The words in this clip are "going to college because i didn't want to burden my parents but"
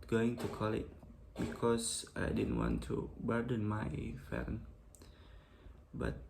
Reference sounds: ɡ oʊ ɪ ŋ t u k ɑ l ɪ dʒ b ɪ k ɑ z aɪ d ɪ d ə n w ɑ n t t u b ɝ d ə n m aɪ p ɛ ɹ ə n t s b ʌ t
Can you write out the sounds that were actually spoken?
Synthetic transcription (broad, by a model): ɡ oʊ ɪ ŋ t u k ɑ l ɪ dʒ b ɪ k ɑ s aɪ d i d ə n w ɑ n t t u b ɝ d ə n m aɪ f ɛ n b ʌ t